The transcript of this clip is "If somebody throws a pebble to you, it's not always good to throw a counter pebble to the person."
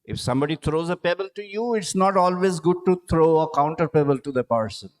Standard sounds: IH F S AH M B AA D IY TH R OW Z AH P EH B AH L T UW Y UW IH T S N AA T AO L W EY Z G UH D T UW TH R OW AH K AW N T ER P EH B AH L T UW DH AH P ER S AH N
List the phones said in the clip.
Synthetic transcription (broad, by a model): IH F S AH M B AA D IY T R OW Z AH P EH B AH L T UW Y UW IH T S N AA T AO L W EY Z G UH D T UW T R OW AH K AW N T ER P EH B AH L T UW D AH P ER S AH N